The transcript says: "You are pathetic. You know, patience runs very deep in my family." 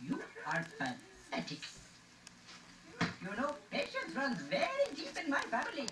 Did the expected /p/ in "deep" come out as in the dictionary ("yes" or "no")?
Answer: yes